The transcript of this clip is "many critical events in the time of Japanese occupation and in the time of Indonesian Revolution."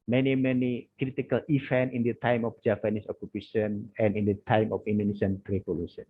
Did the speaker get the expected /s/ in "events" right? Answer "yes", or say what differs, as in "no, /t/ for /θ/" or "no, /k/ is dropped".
no, /s/ is dropped